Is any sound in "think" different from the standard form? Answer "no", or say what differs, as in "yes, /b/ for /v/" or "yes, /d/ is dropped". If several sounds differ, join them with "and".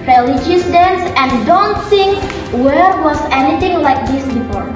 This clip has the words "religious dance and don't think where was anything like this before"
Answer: yes, /s/ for /θ/